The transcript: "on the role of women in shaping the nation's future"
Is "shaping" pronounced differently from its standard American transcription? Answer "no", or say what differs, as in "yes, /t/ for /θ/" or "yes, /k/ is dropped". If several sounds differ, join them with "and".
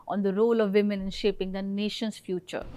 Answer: no